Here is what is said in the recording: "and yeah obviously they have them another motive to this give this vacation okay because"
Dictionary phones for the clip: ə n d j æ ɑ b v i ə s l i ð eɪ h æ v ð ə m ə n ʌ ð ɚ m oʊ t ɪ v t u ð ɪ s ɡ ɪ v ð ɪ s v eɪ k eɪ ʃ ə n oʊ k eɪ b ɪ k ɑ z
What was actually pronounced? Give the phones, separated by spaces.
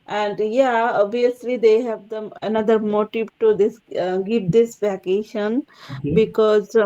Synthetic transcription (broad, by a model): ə n d j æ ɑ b i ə s l i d eɪ h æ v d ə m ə n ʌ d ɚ m oʊ t ɪ v t u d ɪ s ɡ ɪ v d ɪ s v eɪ k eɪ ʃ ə n b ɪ k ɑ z